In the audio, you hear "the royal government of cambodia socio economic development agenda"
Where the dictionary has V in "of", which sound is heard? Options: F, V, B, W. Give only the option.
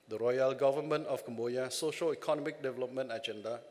F